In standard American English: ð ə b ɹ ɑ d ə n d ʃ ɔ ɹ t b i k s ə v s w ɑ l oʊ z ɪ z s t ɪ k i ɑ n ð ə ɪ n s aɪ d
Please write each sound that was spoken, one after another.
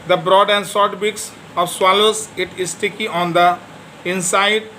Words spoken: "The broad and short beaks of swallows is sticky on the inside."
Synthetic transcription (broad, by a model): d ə b ɹ ɑ d ə n d s ɔ ɹ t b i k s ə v s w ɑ l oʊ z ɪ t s t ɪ k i ɑ n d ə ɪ n s aɪ d